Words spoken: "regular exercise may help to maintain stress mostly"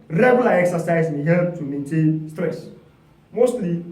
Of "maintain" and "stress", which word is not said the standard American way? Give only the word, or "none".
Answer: none